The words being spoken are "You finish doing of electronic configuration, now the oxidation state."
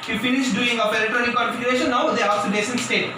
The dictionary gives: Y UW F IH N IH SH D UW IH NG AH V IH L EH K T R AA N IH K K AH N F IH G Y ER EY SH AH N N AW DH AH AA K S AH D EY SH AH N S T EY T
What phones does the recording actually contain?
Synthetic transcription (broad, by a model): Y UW F IH N IH SH D UW IH NG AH P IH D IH T AA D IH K K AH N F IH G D EY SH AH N N AW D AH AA S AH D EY S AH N S T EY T